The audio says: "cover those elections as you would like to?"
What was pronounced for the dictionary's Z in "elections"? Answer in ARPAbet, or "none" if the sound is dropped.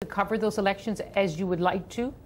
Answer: Z